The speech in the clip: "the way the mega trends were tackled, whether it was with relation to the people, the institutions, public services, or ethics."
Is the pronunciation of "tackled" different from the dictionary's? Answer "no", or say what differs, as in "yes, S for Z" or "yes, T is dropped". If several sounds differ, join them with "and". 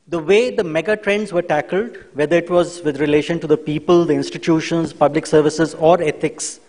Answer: no